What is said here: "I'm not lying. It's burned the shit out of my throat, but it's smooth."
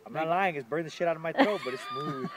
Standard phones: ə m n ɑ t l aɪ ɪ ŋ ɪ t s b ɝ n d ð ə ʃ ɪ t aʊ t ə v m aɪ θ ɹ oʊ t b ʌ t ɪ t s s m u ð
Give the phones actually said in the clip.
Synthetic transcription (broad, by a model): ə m n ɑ t l aɪ ɪ ŋ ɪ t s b ɝ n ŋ ð ə ʃ ɪ t aʊ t ə v m aɪ t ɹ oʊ b ʌ t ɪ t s s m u